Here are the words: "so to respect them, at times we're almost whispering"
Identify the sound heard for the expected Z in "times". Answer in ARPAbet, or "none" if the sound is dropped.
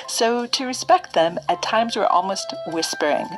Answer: Z